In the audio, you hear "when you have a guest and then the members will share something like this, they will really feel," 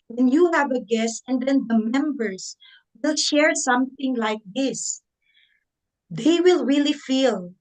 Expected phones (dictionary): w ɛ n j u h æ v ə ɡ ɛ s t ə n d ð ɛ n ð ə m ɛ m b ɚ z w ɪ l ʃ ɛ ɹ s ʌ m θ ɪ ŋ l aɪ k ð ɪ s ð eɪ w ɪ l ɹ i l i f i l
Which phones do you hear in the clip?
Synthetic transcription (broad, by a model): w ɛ n j u h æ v ə ɡ ɛ s t ə n d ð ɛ n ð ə m ɛ m b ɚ s w ɪ l ʃ ɛ ɹ s ʌ m θ ɪ ŋ l aɪ k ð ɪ s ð eɪ w ɪ l ɹ i l i f i l